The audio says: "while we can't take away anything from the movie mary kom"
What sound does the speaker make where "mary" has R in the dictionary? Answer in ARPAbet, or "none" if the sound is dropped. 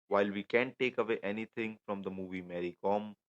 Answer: R